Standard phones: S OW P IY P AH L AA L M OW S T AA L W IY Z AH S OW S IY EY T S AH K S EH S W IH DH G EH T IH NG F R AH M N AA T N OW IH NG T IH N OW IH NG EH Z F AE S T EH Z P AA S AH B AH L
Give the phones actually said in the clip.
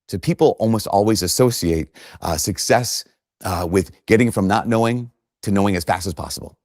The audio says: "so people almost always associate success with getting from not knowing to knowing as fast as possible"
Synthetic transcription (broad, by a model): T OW P IY P L AA L M OW S T AA L W IY Z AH S OW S IY EY T S AH K S EH S W IH DH G EH T IH NG F R AH M N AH T N OW IH NG T IH N OW IH NG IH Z F AE S T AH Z P AA S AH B L